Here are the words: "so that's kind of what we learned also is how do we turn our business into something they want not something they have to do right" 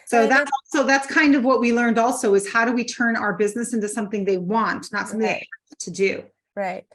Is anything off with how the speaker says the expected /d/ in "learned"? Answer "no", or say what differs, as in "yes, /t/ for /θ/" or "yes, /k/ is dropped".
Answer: no